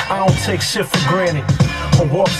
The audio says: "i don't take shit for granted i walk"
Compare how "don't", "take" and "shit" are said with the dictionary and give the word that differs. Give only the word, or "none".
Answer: shit